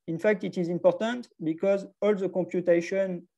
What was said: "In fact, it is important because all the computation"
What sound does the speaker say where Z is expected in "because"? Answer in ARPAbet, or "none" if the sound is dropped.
Z